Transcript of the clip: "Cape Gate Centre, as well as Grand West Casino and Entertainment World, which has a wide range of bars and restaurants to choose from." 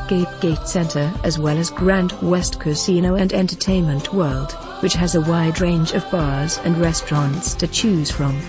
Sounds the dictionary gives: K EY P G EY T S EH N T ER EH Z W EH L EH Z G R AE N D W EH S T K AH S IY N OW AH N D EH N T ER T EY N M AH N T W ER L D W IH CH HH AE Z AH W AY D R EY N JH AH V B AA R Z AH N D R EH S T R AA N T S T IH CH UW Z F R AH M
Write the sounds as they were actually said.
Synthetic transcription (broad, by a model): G EY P G EY T S EH N T ER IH Z W EH L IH Z G R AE N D W EH S T K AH S IY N OW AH N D EH N T ER T EY N M AH N T W ER L D W IH CH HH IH Z AH W AY D R EY N JH AH V B AA R Z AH N R EH S T R AA N T S T IH CH UW Z F R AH M